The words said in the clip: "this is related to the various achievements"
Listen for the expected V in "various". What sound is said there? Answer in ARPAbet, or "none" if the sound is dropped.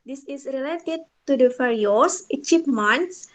F